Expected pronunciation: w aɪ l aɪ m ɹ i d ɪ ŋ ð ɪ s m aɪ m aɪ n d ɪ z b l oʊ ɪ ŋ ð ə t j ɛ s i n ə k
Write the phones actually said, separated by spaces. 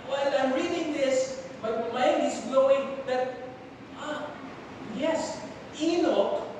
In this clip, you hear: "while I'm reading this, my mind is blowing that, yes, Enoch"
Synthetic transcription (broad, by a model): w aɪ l aɪ m ɹ i d ɪ ŋ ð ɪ s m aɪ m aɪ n ɪ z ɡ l oʊ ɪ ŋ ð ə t j ɛ s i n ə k